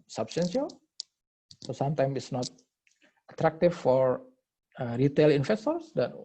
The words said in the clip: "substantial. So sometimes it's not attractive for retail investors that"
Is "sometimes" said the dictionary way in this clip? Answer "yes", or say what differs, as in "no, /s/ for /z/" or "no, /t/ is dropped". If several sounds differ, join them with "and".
no, /z/ is dropped